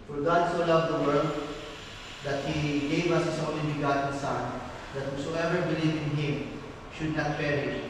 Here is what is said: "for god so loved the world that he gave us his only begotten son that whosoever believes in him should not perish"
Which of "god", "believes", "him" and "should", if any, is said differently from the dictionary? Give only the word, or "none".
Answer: believes